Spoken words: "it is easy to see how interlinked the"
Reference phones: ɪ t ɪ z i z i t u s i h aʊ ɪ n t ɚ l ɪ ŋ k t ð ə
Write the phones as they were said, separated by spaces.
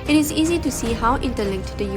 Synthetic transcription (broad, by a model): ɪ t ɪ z i z i t u s i h aʊ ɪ n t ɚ l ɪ k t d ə